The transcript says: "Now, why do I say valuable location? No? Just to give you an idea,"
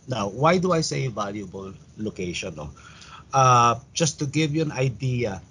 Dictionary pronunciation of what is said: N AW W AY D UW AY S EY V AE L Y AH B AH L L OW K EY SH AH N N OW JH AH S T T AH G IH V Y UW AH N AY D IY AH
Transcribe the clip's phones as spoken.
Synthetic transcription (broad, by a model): N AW W AY D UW AY S EY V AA L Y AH B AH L L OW K EY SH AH N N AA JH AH S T T AH G IH V Y UW AH N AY D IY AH